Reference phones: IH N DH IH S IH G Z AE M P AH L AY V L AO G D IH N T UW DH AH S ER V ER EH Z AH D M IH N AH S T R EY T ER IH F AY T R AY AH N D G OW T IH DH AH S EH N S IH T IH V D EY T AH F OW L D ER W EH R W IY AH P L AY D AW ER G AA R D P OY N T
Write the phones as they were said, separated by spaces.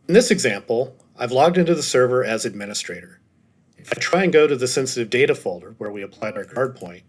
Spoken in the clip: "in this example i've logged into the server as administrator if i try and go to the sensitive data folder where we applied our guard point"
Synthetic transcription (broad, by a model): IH N DH IH S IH G Z AE M P L AY V L AO G D IH N T UW DH AH S ER V ER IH Z AH D M IH N AH S T R EY T ER IH F AY T R AY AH N G OW T IH DH AH S EH N S IH T IH V D EY T AH F OW L D ER W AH R W IY AH P L AY D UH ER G AA R D P OY N T